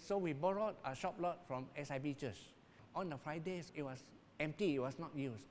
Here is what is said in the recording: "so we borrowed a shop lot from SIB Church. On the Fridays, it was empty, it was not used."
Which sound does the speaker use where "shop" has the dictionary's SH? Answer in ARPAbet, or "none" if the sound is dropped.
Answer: SH